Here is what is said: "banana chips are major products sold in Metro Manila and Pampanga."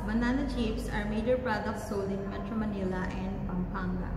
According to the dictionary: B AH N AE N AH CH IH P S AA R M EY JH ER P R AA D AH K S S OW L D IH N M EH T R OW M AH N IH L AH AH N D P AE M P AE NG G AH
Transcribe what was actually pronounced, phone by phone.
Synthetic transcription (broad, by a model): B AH N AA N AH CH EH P S AA R M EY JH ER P R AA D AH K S S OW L IH N M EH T R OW M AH N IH L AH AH N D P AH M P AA NG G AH